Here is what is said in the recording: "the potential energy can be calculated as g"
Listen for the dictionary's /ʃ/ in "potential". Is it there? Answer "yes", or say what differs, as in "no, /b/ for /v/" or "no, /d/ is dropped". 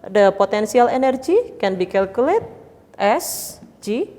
no, /s/ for /ʃ/